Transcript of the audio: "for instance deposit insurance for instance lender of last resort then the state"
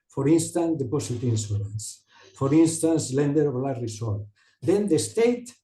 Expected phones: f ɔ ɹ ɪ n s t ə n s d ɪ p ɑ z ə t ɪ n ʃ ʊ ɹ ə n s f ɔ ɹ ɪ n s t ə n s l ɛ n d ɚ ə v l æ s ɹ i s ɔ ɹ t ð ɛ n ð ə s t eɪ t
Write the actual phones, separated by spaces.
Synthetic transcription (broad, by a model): f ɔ ɹ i n s t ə n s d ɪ p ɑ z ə t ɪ n s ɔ l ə n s f ɔ ɹ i n s t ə n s l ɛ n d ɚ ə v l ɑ ɹ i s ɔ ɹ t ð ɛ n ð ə s t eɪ t